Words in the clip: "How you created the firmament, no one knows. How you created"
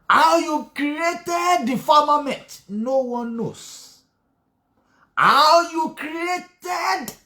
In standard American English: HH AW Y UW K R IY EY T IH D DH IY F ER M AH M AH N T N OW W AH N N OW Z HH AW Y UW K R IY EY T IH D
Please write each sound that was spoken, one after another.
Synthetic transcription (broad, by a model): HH AW Y UW K R IY EY T IH D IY F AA M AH M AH N T N OW W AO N N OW S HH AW Y UW K R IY EY T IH D